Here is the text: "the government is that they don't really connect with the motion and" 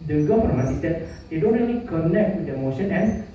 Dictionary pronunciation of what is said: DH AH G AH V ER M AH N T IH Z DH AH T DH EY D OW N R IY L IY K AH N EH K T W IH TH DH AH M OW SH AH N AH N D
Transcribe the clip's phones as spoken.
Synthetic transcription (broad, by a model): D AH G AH F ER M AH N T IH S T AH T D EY D OW N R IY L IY K AH N EH K T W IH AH M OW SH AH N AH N